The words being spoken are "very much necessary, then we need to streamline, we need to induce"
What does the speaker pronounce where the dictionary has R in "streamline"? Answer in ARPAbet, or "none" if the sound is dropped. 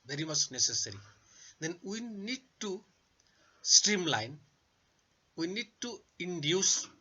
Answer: R